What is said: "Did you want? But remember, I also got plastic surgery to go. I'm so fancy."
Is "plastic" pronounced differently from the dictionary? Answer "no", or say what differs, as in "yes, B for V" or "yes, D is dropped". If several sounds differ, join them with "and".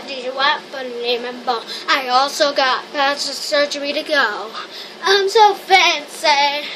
yes, L is dropped